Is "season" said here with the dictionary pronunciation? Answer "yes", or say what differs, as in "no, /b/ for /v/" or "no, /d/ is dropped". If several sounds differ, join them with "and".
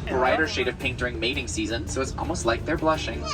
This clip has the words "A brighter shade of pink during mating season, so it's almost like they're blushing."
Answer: yes